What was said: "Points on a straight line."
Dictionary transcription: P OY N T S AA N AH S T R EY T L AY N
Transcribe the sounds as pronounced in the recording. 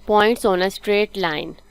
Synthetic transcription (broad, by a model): P OY N T S AA N AH S T R EY T L AY N